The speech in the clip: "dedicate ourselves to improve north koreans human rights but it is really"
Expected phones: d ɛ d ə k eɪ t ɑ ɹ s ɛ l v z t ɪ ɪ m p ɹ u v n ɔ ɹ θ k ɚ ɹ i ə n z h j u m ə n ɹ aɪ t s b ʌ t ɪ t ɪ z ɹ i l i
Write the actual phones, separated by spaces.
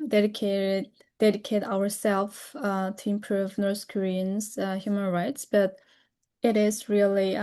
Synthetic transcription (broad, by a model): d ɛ d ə k eɪ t ɑ ɹ s ɛ l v t ɪ ɪ m p ɹ u v n ɔ ɹ θ k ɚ ɹ i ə n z h j u m ə n ɹ aɪ t s b ʌ t ɪ t ɪ z ɹ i l i